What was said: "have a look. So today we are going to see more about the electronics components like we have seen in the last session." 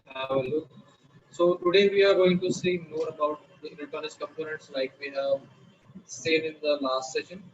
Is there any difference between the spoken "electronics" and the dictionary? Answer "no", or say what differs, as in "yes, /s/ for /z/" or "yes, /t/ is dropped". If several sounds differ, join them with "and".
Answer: yes, /n/ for /l/ and /k/ is dropped and /ɹ/ is dropped and /k/ is dropped